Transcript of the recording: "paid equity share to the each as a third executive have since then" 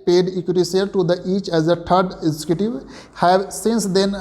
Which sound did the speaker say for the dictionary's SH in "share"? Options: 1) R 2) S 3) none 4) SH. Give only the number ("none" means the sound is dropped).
2